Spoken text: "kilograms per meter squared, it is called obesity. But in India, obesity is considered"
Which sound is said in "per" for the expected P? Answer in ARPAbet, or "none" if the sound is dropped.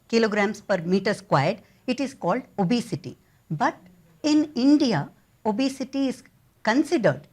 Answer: P